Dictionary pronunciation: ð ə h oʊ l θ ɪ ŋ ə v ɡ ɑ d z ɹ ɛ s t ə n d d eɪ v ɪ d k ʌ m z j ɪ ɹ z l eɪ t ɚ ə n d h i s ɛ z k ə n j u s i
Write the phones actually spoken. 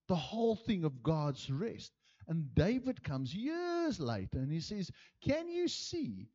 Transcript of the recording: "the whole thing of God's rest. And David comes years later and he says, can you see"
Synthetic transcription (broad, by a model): ð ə h oʊ l θ ɪ ŋ ə v ɡ ɑ d z ɹ ɛ s t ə n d d eɪ v ɪ d k ʌ m z j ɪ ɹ z l eɪ t ɚ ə n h i s ɛ z k ə n j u s i